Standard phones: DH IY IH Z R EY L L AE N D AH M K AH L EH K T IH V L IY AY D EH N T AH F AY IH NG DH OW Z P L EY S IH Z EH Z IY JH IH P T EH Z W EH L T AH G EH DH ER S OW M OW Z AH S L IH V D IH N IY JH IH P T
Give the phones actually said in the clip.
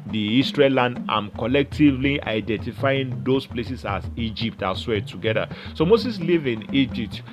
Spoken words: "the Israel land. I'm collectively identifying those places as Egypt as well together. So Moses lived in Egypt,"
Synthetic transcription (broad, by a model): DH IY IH S R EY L L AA N D AH M K AH L EH K T IH V L IY AY D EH N T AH F AY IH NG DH OW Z P L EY S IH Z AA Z IY JH IH P T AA S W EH T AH G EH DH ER S OW M OW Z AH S L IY V IH N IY JH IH P T